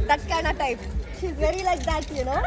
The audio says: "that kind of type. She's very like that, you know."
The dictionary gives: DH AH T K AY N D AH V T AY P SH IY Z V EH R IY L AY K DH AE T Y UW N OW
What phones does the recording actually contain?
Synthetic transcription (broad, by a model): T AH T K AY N AH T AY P SH IY Z V EH R IY L AY K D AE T Y UW N OW